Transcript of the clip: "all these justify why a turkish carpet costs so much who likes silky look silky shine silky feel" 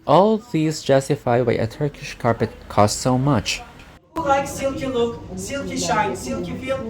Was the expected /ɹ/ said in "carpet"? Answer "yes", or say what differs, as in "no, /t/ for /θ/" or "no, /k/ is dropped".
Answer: yes